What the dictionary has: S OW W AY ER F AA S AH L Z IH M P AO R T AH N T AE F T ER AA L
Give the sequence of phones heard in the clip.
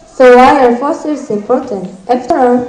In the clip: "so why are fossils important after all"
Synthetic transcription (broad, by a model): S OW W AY ER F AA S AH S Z IH M P AO R T AH N T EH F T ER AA